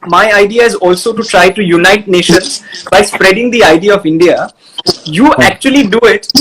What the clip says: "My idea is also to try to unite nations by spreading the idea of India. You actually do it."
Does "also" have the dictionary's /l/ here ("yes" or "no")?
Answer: yes